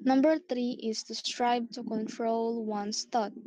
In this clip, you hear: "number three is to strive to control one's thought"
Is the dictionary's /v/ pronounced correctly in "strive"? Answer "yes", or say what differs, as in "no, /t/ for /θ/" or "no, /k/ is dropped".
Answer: no, /b/ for /v/